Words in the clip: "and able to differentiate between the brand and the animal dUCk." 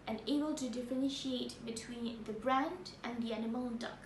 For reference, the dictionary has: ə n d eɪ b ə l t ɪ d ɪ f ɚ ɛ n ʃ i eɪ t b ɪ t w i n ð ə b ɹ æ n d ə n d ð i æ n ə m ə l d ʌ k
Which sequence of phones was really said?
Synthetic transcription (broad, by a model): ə n eɪ b ə l t ɪ d ɪ f ɚ ɛ n ʃ i eɪ t b ɪ t w i n ð ə b ɹ æ n d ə n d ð i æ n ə m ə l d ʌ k